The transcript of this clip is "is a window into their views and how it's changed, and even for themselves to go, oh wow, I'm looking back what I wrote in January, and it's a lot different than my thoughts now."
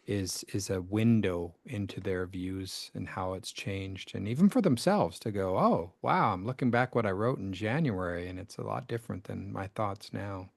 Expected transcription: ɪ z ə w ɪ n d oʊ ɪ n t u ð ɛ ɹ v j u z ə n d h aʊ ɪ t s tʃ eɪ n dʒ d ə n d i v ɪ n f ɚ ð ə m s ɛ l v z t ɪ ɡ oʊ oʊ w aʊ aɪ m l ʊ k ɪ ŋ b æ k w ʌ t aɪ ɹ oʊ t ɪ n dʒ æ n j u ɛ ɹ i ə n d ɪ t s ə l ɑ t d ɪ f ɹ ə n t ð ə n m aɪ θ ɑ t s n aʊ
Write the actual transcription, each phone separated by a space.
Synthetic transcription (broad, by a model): ɪ z ə w ɪ n d oʊ ɪ n t u ð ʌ ɹ v j u z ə n h aʊ ɪ t s tʃ eɪ n dʒ d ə n i v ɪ n f ɚ ð ə m s ɛ l v z t ɪ ɡ oʊ oʊ w aʊ aɪ m l ʊ k ɪ ŋ b æ k w ʌ t aɪ ɹ oʊ t n dʒ æ n j u ɛ ɹ i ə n ɪ t s ə l ɑ t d ɪ f ɹ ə n ð ə n m aɪ θ ɑ t s n aʊ